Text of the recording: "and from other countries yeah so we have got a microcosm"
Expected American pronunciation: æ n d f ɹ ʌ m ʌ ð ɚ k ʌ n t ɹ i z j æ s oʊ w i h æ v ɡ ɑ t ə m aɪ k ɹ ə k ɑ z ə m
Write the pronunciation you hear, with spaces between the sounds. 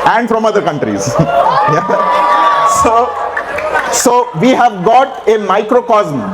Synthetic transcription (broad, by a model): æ n d f ɹ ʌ m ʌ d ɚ k ʌ n t ɹ i z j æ s oʊ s i h æ v ɡ ɑ t ə m aɪ k ɹ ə k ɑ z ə m